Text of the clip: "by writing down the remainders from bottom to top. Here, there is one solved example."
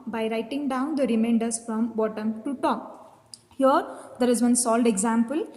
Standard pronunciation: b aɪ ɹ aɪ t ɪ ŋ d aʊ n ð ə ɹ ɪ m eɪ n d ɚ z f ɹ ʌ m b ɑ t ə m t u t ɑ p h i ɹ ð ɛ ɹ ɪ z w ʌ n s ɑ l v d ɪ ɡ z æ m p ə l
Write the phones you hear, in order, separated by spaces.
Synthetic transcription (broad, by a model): b aɪ ɹ aɪ t ɪ ŋ d aʊ n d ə ɹ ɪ m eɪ n d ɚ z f ɹ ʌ m b ɑ t ə m t u t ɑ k h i ɹ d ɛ ɹ ɪ z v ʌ n s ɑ l d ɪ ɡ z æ m p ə l